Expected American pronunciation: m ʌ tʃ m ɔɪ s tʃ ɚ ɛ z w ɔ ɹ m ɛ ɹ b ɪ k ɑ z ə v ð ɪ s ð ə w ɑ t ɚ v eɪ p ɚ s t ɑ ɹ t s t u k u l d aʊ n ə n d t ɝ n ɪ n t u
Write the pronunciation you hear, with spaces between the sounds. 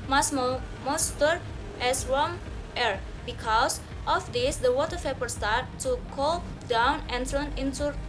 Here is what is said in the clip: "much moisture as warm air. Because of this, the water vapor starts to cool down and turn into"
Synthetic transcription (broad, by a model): m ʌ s m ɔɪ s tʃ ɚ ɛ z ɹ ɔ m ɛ ɹ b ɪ k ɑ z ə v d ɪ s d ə w ɑ t ɚ p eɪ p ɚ s t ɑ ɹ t t u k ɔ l d aʊ n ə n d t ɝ n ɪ n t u